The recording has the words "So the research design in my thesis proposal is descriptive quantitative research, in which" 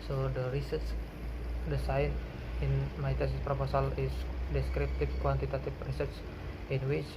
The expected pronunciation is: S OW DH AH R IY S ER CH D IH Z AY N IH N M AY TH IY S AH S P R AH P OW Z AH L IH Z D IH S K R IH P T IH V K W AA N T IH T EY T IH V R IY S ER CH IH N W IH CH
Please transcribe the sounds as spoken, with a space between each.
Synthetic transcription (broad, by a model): S OW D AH R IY S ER S D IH S AY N IH N M AY T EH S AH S P R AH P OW S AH L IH S D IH S K R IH P T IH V K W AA N T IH T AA T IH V R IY S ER S IH N W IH CH